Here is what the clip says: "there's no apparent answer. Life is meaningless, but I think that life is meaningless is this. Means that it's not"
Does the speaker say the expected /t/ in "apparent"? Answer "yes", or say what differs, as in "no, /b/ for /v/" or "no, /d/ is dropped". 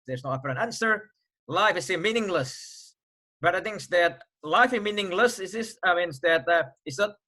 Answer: no, /t/ is dropped